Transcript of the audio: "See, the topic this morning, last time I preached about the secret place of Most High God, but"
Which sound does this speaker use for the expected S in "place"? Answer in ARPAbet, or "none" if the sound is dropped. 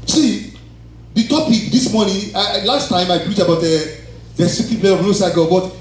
none